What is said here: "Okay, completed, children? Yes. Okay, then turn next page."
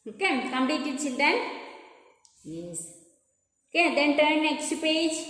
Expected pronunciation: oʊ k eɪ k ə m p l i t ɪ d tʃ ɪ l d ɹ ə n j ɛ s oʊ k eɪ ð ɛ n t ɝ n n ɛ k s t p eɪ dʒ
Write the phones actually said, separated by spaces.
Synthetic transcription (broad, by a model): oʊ k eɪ k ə m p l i t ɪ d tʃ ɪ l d ə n j ɛ s oʊ k eɪ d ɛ n t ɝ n n ɛ k s t p eɪ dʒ